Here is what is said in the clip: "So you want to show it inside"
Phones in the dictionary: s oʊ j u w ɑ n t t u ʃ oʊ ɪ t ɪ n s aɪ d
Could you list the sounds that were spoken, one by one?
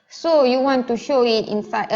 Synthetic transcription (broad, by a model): s oʊ j u w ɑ n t t u ʃ oʊ ɪ t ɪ n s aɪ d